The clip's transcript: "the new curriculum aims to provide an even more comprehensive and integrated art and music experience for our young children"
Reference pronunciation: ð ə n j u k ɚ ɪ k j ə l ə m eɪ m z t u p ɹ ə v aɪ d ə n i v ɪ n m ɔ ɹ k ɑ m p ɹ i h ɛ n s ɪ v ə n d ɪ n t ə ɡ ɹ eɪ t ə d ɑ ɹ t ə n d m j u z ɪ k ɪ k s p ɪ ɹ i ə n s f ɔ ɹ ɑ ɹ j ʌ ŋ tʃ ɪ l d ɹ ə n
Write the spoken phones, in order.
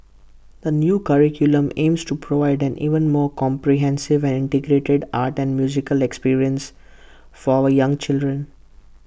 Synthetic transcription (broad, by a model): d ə n j u k ɚ ɪ k j ə l ə m eɪ m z t u p ɹ ə v aɪ d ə n i v ɪ n m ɔ ɹ k ɑ m p ɹ i h ɛ n s ɪ v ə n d ɪ n t ə ɡ ɹ eɪ t ə d ɑ ɹ t ə n d m j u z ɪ k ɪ k s p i ɹ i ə n s f ɔ ɹ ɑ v j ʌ ŋ tʃ ɪ l d ɹ ə n